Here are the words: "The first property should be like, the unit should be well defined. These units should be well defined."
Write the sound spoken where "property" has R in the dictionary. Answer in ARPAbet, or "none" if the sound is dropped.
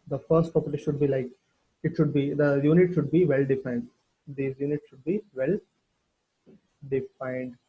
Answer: none